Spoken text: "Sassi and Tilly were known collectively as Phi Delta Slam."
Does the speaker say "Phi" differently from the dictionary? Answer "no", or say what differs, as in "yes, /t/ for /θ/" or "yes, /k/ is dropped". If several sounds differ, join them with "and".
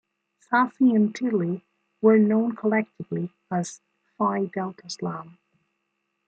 no